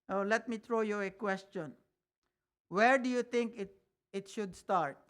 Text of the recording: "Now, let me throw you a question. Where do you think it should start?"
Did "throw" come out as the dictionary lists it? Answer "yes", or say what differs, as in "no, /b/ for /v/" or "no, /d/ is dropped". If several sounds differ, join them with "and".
no, /t/ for /θ/